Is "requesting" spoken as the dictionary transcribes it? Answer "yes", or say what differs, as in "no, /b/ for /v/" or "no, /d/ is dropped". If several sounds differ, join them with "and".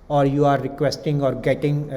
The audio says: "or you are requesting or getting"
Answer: yes